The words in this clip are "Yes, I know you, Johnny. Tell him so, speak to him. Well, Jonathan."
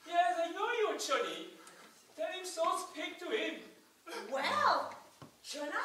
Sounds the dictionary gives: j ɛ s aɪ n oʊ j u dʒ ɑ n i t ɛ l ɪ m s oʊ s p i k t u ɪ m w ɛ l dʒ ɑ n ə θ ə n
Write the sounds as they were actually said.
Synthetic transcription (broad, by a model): j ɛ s aɪ n oʊ j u tʃ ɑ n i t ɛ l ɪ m s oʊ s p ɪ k t u ɪ m w ɛ l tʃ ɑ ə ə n